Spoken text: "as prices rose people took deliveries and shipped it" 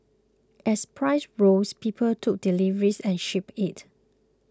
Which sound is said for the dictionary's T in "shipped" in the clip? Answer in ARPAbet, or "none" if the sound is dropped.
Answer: none